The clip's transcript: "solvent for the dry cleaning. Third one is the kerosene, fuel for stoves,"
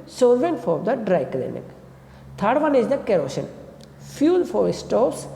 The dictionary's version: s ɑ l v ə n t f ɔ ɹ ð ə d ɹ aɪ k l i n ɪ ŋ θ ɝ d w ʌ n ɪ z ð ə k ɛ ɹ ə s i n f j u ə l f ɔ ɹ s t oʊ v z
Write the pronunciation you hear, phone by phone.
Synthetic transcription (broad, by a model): s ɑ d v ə n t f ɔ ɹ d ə d ɹ aɪ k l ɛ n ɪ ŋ t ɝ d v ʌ n ɪ z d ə k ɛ ɹ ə ʃ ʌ n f j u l f ɔ ɹ s t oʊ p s